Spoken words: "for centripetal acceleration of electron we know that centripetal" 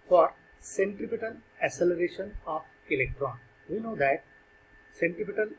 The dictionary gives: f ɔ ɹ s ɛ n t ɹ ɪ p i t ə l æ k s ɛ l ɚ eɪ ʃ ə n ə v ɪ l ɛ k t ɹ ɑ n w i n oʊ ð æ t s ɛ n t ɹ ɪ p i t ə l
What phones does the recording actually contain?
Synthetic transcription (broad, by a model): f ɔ ɹ s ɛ n t ɪ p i t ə l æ s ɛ l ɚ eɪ ʃ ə n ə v ɪ l ɛ k t ɹ ɑ n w i n oʊ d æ t s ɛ n t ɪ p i t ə l